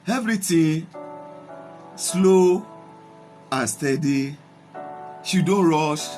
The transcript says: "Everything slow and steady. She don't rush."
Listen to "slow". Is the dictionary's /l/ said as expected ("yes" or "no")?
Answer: yes